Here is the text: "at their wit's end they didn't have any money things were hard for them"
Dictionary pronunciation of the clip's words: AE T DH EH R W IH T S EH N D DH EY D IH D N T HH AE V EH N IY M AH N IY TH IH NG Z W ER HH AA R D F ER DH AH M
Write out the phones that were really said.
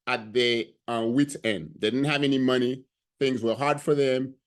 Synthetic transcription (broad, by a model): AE T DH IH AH W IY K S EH N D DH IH D IH D N T HH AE V EH N IY M AH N IY TH IH NG Z W ER HH AA R D F ER DH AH M